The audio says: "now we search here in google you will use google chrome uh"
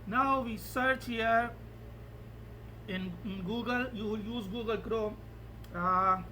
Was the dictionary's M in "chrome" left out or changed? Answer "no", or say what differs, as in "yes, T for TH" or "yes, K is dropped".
yes, M is dropped